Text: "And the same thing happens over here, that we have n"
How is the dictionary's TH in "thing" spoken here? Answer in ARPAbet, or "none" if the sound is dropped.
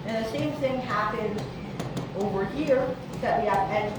TH